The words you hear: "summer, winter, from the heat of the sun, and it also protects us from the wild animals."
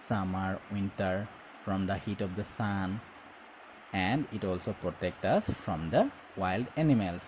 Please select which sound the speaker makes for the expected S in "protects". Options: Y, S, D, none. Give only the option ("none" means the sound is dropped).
none